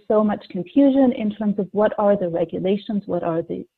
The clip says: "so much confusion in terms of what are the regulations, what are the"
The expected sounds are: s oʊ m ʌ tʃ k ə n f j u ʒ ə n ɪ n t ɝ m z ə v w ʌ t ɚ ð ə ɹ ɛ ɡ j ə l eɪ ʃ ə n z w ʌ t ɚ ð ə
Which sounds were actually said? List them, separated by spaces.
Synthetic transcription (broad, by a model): s oʊ m ʌ tʃ k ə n f j u ʒ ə n ɪ n t ɝ m z ə v w ʌ t ɚ ð ə ɹ ɛ ɡ j ə l eɪ ʃ ə n z w ʌ t ɚ ð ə